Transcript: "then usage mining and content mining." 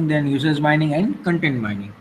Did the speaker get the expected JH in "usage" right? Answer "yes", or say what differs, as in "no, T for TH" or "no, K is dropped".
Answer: no, Z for JH